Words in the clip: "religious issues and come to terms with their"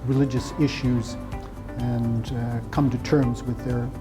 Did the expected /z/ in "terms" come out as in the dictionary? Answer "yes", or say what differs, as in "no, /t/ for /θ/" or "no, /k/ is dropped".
yes